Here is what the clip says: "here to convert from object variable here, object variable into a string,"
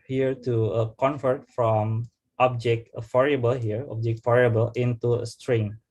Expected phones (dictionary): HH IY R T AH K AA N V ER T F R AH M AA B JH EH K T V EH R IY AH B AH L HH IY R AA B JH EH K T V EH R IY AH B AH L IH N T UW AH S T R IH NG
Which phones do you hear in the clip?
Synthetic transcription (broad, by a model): HH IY R T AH K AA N F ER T F R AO M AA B JH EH K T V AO R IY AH B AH L HH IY R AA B JH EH K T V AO R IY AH B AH L IH N T UW AH S T R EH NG